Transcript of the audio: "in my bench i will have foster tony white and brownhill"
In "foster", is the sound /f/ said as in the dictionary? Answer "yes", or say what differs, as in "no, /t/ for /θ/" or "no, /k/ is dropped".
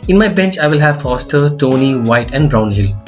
yes